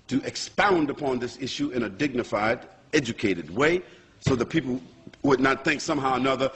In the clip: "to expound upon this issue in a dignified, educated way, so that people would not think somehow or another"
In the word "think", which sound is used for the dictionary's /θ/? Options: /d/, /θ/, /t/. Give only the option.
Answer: /θ/